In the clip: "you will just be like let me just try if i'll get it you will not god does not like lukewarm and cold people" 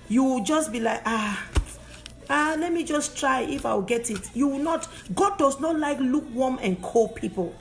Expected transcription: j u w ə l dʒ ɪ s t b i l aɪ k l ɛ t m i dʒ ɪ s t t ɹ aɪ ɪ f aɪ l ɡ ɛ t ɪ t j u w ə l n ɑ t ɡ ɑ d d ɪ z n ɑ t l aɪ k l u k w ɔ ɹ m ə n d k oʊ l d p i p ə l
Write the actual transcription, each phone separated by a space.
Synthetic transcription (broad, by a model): j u w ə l dʒ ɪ s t b i l aɪ k l ɛ t m i dʒ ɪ s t t ɹ aɪ ɪ f aɪ w ɡ ɛ t ɪ t j u w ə n ɑ t ɡ ɑ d d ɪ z n ɑ t l aɪ k l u k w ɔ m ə n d k oʊ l p i p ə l